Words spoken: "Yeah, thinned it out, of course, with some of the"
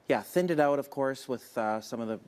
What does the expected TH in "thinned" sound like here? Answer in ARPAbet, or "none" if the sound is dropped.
TH